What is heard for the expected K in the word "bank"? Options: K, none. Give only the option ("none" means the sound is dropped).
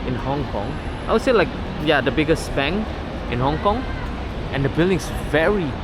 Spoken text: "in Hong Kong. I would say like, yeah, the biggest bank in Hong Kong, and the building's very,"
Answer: none